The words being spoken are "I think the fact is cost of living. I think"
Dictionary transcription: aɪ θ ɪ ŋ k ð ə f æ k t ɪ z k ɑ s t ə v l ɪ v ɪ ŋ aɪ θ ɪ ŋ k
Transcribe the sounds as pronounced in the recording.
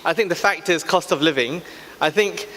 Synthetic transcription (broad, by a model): aɪ θ ɪ ŋ k ð ə f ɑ k t ɪ z k ɑ s t ə v l ɪ v ɪ ŋ aɪ θ ɪ ŋ k